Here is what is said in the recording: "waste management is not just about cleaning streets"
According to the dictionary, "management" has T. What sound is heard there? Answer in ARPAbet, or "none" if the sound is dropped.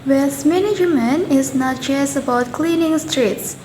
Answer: none